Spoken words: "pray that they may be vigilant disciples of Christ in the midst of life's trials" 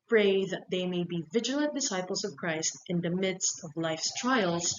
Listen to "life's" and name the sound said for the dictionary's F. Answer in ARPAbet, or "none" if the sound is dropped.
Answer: F